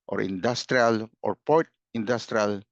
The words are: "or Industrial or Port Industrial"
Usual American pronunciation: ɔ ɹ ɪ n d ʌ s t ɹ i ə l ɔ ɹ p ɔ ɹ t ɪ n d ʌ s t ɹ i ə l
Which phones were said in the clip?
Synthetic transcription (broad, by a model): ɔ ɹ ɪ n d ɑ s t ɹ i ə l ɔ ɹ p ɔ ɹ t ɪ n d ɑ s t ɹ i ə l